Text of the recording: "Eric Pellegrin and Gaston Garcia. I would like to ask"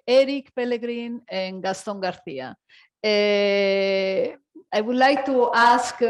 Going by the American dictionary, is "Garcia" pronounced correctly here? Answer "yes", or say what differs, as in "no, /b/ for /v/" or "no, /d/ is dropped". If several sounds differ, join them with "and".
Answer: no, /θ/ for /s/